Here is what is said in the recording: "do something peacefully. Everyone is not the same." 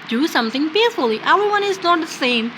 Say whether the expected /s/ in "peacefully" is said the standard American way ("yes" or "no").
no